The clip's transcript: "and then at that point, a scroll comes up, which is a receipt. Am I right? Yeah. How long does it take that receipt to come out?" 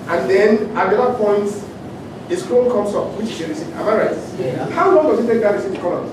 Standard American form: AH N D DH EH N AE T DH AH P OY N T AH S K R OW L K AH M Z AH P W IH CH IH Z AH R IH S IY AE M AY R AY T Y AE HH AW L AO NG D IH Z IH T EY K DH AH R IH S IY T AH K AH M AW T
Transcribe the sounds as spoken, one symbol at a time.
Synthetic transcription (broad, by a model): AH N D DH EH N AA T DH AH P OY N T AH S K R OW N K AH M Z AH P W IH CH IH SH AH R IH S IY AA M AY R AY T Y HH AW L AO NG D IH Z IH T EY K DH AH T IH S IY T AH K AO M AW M